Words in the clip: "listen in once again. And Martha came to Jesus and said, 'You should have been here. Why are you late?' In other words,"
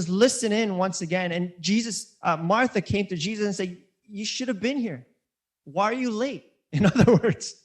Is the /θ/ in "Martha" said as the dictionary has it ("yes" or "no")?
yes